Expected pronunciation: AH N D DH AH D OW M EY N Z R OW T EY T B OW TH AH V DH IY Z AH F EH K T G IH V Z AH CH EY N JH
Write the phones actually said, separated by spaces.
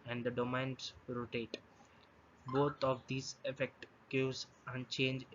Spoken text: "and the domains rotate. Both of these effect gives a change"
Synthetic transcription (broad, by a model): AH N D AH D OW M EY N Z R OW T EY T B OW T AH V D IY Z AH F EH K T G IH Z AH CH EY N JH